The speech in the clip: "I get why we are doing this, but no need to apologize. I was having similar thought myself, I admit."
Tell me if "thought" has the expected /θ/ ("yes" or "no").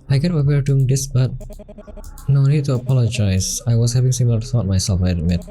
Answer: no